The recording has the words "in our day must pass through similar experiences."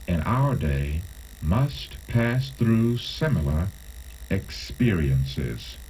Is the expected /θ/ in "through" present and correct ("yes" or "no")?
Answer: yes